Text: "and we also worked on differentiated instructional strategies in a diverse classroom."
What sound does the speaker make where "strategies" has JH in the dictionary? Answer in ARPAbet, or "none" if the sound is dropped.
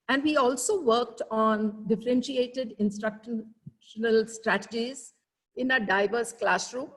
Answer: JH